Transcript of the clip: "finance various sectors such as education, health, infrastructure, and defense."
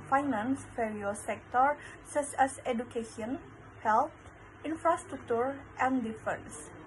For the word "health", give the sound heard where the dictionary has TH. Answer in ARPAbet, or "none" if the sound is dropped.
T